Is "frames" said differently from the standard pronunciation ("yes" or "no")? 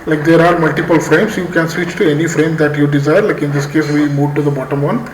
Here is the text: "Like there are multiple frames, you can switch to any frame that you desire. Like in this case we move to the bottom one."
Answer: yes